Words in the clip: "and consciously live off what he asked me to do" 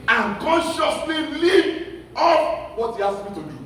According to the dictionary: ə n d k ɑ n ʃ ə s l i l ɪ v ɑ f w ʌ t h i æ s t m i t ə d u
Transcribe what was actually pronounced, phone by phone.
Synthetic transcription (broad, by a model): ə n k ɑ n ʃ ə s l i l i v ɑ p w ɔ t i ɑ s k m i t ə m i